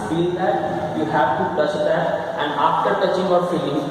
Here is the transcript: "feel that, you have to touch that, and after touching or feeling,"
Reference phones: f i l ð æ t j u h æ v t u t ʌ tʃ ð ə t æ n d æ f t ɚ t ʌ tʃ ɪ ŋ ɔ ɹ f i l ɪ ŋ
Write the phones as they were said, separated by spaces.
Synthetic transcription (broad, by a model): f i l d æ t j u h æ v t u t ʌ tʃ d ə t æ n d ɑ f t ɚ t ʌ tʃ ɪ ŋ ɔ ɹ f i l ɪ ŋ